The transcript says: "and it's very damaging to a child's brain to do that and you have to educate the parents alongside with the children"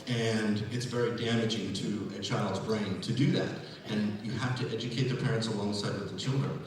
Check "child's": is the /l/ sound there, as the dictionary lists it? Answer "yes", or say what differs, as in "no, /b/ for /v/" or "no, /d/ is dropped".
yes